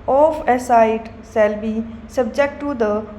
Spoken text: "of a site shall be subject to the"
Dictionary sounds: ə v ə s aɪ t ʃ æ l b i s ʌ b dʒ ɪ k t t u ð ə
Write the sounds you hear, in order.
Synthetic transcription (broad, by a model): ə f ə s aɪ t s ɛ l b i s ʌ b dʒ ɪ k t t u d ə